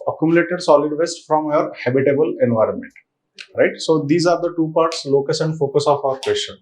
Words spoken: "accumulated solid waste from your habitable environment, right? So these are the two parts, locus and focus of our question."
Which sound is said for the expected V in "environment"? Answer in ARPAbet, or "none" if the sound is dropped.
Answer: V